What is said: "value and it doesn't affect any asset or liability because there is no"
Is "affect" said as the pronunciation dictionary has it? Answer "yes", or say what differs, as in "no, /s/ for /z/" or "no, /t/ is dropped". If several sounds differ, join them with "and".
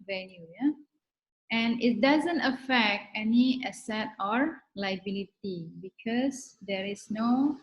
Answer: yes